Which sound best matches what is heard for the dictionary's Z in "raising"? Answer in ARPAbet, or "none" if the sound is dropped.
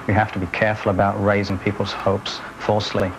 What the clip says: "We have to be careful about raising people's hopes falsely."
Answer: Z